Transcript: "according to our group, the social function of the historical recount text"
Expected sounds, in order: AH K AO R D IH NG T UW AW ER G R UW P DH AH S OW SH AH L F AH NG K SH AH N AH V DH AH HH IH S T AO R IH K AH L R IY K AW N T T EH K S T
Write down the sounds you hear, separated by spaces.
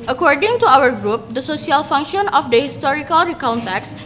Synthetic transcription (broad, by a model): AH K AO R D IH NG T UW AW ER G R UW P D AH S OW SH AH L F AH NG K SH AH N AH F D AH HH IH S T AO R IH K AH L R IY K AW N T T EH K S